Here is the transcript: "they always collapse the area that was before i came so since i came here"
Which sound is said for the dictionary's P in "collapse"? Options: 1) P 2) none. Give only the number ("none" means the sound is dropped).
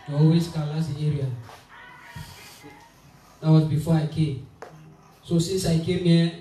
2